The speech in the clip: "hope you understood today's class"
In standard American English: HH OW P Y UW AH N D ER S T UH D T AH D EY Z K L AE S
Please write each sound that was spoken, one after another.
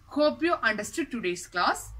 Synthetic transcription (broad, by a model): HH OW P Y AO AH N D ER S T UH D T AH D EY S K L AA S